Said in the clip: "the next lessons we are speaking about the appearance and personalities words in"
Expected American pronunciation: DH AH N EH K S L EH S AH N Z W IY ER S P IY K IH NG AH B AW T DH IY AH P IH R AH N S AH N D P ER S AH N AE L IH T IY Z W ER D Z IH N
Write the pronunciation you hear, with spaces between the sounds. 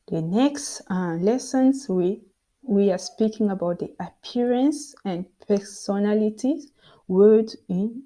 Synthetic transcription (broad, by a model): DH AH N EH K S L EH S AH N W W IY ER S P IY K IH NG AH B AW T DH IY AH P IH R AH N S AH N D P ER S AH N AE L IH T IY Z W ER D IH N